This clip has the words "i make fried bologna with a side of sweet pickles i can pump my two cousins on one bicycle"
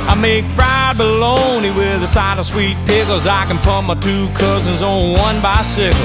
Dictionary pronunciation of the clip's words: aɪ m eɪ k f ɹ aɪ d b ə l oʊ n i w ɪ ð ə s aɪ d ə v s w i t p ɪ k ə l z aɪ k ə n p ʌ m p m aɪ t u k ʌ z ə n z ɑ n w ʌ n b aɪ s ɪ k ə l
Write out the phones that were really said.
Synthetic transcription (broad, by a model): aɪ m eɪ k f ɹ aɪ d b ə l oʊ n i w ɪ ð ə s aɪ d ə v s w i t p ɪ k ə z aɪ k ə n p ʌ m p m aɪ t u k ʌ z ə n z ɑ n w ʌ n b aɪ s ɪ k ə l